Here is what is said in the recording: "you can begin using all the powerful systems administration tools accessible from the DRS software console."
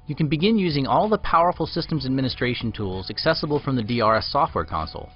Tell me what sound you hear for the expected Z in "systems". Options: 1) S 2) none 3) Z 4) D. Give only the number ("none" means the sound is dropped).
3